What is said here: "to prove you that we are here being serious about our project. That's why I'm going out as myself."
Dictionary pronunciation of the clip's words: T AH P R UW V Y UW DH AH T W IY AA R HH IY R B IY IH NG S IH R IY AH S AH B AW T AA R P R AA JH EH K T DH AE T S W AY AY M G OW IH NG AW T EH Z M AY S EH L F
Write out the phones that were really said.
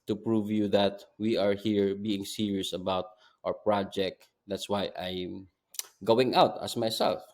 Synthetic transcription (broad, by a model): T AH P R UW V Y UW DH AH T W IY AA R HH IY R B IY IH NG S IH R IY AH S AH B AW T AA R P R AA JH EH K T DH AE T S W AY AY M G OW IH NG AW T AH S M AY S EH L F